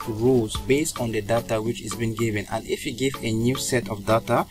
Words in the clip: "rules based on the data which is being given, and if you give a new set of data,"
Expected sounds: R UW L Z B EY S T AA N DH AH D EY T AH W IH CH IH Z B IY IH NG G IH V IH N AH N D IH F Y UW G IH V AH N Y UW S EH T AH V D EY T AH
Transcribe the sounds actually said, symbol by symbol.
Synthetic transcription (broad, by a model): R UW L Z B EY S T AA N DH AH D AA T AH W IH CH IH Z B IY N G IH V IH N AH N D IH F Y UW G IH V AH N Y UW S EH T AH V D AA T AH